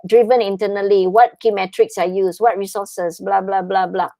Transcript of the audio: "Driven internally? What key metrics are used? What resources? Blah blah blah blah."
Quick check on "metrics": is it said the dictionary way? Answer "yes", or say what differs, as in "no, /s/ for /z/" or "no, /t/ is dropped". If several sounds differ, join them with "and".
yes